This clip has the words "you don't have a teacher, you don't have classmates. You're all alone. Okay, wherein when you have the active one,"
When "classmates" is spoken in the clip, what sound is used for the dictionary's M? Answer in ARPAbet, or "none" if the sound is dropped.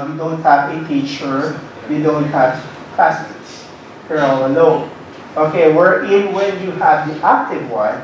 none